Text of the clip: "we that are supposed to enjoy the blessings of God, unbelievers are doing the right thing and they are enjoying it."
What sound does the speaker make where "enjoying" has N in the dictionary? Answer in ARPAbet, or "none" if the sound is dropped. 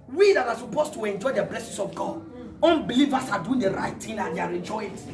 none